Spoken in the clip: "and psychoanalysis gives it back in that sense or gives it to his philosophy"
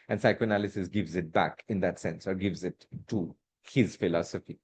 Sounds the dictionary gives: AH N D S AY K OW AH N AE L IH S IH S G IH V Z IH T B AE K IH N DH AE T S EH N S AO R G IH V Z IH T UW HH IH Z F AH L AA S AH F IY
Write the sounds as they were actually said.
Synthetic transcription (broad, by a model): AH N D S AY K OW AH N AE L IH S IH S G IH V Z IH T B AE K IH N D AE T S EH N S AO R G IH V Z IH T UW HH IH Z F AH L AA S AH F IY